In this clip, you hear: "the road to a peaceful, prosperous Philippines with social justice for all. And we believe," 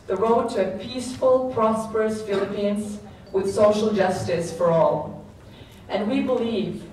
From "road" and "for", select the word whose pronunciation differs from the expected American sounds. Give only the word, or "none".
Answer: none